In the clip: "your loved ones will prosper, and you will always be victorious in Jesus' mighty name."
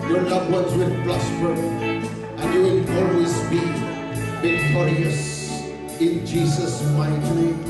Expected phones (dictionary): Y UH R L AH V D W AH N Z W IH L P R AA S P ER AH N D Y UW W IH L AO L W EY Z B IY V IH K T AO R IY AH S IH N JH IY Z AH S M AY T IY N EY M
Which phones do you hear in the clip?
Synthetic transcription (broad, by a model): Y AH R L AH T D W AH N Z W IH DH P L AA S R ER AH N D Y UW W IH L AO L W EY Z B IY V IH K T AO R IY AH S IH N JH IY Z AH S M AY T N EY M